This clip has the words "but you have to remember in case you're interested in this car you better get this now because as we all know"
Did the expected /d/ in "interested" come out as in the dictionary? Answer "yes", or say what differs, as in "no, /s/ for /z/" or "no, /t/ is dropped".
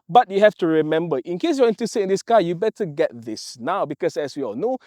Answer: no, /d/ is dropped